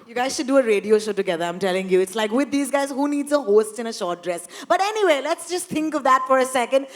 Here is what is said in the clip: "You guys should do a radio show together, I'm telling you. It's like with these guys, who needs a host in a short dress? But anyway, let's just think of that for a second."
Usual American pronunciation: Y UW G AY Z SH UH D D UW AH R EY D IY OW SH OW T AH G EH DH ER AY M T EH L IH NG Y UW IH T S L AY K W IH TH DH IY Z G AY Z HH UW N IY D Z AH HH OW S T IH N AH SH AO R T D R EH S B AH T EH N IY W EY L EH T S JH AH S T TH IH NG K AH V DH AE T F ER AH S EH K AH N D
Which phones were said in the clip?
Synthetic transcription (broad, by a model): Y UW G AY Z SH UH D D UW AH R EY D IY OW SH OW T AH G EH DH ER AY M T EH L IH NG Y UW IH T S L AY K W IH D IY Z G AY Z HH UW N IY D Z AH HH OW S T IH N AH SH AO R T D R EH S B AH T EH N IY W EY L EH T S JH AH S T T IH NG K AH V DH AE T F ER AH S EH K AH N D